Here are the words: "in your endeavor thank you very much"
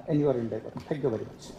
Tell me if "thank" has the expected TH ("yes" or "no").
no